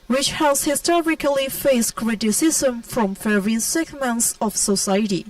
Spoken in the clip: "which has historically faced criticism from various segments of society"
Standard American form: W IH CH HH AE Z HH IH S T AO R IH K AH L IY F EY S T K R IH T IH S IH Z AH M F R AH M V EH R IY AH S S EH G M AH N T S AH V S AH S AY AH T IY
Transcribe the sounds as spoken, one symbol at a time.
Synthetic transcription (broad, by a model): W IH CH HH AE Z HH IH S T AO R IH K AH L IY F EY S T K R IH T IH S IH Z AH M F R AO M F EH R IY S S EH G M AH N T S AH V S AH S AY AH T IY